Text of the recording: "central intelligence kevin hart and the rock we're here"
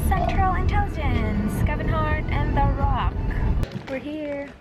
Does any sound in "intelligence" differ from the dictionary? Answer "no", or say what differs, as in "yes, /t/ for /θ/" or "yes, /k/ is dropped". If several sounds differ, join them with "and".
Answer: yes, /l/ is dropped